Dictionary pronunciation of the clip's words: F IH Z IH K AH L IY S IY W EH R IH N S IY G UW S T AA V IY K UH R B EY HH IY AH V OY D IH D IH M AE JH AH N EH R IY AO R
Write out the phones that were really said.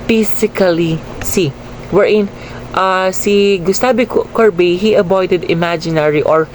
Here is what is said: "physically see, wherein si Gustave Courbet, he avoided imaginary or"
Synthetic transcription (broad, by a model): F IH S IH K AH L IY S IY W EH R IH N S IY G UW S T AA B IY K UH R B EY HH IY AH B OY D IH D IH M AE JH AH N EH R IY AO R